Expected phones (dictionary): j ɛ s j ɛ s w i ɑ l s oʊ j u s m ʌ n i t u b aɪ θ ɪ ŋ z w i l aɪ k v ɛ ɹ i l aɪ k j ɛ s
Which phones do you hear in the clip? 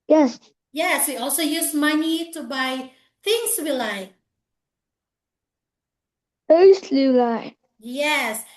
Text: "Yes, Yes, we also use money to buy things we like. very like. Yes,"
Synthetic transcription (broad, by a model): j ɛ s j ɛ s w i ɑ l s oʊ j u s m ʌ n i t u b aɪ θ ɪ ŋ s w i l aɪ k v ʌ l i l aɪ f j ɛ s